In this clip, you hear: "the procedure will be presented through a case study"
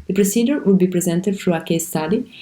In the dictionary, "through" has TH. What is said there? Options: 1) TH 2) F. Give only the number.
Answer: 2